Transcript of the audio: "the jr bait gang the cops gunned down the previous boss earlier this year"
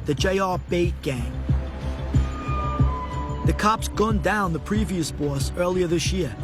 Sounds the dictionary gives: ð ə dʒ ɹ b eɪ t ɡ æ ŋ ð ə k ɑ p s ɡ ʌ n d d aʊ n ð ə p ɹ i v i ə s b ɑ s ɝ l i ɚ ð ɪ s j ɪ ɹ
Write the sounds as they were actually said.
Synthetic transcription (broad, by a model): ð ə dʒ ɹ b eɪ t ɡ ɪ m ð ə k ɑ p s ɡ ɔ n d d aʊ n ð ə p ɹ i v i ə s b ɑ s ɝ l i ɚ ð ɪ s j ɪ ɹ